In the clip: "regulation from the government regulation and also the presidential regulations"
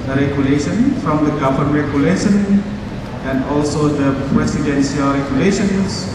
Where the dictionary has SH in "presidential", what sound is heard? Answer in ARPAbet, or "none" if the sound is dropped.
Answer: S